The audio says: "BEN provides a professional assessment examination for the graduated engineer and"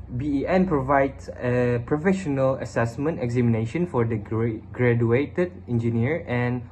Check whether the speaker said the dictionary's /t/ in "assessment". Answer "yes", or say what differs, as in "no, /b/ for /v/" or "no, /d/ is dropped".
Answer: yes